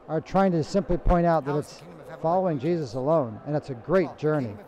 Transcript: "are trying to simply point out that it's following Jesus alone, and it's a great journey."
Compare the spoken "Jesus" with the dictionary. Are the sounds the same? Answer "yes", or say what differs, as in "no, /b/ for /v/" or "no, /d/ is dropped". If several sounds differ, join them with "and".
yes